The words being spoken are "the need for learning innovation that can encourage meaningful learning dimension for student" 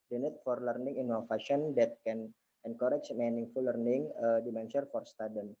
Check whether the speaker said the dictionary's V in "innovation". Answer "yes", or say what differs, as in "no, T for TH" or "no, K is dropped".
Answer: no, F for V